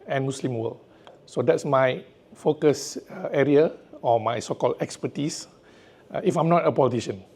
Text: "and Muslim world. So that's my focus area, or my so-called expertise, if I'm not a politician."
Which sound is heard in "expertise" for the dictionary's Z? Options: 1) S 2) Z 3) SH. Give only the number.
1